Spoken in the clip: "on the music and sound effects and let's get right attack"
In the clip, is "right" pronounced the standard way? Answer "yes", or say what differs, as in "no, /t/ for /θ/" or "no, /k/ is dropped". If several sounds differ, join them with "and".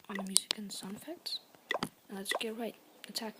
yes